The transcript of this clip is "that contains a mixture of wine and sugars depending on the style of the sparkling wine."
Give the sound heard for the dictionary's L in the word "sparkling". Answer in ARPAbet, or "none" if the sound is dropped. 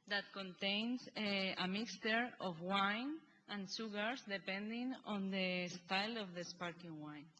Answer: none